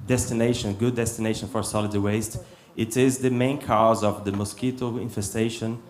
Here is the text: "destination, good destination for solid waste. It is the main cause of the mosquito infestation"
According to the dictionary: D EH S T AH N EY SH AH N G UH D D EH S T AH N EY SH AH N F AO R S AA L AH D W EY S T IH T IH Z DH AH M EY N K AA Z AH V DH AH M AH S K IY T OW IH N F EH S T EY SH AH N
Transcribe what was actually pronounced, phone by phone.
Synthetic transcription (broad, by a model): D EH S T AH N EY SH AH N G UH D D EH S T AH N EY SH AH N F AO R S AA L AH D W EY S T IH T IH Z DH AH M EY N K AA Z AH V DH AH M AH S K IY T OW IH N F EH S T EY SH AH N